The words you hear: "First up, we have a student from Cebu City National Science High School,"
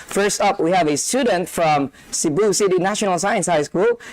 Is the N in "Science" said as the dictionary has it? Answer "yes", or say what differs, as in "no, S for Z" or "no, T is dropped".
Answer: yes